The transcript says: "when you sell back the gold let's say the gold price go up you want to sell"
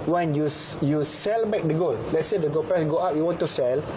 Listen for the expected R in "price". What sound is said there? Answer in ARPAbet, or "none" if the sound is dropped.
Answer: none